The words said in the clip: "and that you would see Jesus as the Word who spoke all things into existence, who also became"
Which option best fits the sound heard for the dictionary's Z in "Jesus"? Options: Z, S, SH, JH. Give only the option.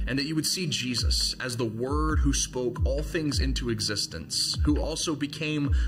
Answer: Z